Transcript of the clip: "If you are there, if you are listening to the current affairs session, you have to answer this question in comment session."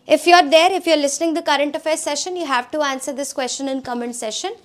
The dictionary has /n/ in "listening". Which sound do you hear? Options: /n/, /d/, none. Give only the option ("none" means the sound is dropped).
/n/